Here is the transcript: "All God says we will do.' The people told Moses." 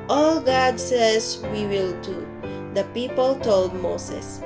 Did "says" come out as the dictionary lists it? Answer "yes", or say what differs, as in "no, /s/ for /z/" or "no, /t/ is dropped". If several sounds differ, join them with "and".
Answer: no, /s/ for /z/